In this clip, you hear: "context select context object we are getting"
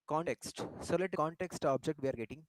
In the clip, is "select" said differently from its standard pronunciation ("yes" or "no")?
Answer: yes